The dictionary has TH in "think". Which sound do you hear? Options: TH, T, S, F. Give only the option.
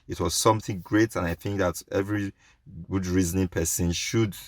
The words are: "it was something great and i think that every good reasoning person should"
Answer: TH